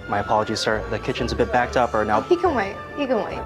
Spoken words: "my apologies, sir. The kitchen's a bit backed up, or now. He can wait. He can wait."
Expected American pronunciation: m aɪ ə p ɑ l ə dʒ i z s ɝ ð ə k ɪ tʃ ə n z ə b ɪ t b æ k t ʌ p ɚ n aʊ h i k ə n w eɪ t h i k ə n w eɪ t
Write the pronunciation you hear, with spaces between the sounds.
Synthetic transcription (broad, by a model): m aɪ ə p ɑ l ə dʒ i z s ɝ ð ə k ɪ tʃ ə n z ə b ɪ t b æ k t ʌ p ɚ n aʊ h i k ə n w eɪ t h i k ə n w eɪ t